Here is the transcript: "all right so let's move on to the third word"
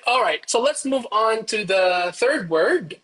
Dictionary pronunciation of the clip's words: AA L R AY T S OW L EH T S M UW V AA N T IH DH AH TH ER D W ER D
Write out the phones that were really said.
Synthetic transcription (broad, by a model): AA L R AY T S OW L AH T S M UW V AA N T IH DH AH TH ER D W ER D